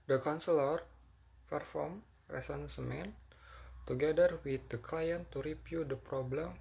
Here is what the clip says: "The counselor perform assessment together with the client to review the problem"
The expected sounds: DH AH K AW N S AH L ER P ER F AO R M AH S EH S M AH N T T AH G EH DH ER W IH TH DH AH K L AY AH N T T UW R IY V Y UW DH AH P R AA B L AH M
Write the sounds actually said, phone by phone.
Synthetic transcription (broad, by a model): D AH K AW N S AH L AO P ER F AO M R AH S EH S M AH N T T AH G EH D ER W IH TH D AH K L AY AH N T T UW R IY P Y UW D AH P R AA B L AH M